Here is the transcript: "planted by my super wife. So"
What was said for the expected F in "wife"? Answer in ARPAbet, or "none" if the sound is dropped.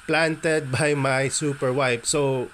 P